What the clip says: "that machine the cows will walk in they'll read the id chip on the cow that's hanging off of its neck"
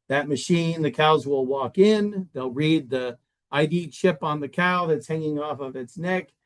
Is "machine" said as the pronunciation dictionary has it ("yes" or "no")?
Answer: yes